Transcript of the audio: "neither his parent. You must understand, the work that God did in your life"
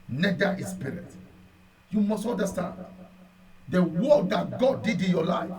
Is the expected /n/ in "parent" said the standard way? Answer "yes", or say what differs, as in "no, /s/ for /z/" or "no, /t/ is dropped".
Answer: no, /n/ is dropped